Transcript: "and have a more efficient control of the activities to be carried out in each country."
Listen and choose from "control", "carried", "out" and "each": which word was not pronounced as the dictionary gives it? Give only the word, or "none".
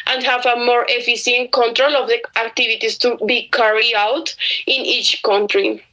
carried